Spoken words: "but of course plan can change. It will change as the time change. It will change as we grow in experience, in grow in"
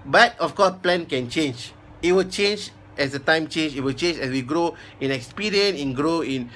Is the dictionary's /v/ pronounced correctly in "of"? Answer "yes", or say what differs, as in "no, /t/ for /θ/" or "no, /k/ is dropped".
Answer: no, /f/ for /v/